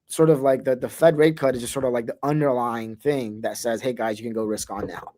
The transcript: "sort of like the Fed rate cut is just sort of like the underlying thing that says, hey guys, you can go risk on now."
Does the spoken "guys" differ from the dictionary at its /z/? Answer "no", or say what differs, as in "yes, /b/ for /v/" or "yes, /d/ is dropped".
no